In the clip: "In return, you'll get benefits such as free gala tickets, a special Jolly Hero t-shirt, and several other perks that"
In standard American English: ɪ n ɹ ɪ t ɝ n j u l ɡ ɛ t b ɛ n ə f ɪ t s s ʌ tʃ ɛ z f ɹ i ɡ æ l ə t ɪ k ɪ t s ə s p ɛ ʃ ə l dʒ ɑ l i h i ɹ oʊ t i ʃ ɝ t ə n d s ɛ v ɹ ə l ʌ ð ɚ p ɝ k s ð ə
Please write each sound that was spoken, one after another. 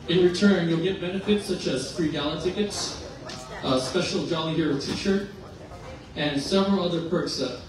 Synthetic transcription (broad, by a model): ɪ n ɹ ɪ t ɝ n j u l ɡ ɛ t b ɛ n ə f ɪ t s s ʌ tʃ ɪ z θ ɹ i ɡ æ l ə t ɪ k ɪ t s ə s p ɛ ʃ l dʒ ɑ l i h i ɹ oʊ t i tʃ ɝ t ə n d s ɛ v ɹ ə l ʌ ð ɚ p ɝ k s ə